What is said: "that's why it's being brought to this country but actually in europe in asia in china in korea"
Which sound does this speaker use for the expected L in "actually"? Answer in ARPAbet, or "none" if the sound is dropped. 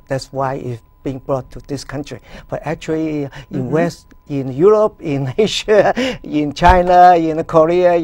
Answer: W